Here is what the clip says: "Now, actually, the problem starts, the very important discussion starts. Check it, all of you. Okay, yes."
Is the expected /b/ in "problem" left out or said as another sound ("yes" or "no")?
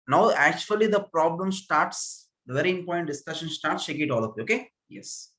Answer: no